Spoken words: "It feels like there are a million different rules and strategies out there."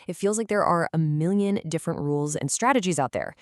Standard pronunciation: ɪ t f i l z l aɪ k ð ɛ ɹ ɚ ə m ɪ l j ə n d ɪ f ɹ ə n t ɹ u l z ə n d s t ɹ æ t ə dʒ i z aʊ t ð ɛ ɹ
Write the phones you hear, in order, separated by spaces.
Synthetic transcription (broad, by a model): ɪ t f i l z l aɪ k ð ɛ ɹ ɚ ə m ɪ l j ə n d ɪ f ɹ ə n t ɹ u l z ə n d s t ɹ æ t ə dʒ i z aʊ t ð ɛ ɹ